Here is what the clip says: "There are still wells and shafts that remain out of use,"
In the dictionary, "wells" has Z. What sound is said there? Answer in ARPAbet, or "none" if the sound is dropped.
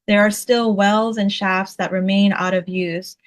Z